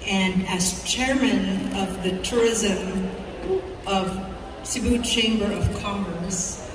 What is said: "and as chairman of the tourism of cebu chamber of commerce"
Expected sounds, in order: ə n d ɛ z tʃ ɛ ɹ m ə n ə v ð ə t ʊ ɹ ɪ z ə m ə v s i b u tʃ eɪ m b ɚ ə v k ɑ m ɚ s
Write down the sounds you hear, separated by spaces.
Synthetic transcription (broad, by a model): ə n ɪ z tʃ ɛ ɹ m ə n ə v ð ə t ʊ ɹ ɪ z ə m ə v s i b u tʃ eɪ m b ɚ ə v k ɑ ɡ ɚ s